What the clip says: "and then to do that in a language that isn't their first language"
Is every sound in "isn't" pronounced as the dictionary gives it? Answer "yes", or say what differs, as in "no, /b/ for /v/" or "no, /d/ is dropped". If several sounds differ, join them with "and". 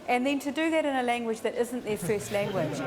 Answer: yes